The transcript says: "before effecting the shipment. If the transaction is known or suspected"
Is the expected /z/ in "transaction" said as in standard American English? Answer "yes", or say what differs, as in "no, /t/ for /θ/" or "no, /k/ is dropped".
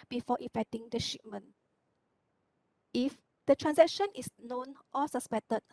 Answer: no, /s/ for /z/